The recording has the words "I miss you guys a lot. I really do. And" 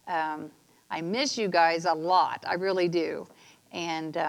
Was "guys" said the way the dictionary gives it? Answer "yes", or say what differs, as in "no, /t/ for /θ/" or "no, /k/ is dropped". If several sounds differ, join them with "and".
yes